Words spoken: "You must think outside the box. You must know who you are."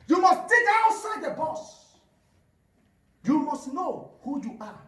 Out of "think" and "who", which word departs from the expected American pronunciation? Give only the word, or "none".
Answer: think